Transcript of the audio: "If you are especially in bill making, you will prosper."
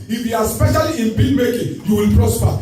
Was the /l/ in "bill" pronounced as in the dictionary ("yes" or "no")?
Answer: no